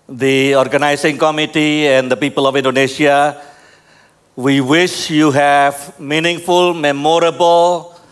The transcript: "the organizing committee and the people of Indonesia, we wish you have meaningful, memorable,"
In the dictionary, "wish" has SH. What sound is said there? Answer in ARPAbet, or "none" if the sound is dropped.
SH